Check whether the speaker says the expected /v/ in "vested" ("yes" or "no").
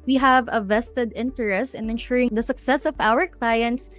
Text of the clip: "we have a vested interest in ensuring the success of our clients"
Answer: yes